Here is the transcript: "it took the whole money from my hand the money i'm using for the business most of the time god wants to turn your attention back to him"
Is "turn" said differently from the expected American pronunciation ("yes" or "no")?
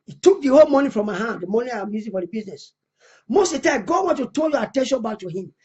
yes